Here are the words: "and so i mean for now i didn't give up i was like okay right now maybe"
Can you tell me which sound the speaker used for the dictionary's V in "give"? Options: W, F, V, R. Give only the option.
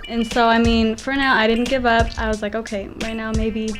V